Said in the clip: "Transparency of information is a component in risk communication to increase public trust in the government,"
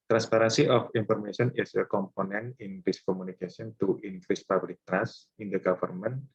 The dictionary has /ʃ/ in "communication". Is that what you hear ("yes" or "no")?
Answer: no